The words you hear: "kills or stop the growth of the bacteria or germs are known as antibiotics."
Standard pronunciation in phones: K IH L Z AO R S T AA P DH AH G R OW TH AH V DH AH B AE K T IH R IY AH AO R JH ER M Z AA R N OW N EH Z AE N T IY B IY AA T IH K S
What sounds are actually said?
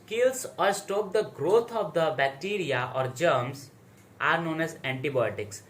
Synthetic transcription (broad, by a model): K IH L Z AO R S T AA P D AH G R OW T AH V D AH B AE K T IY R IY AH AO R JH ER M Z AA R N OW N EH Z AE N T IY B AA T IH K S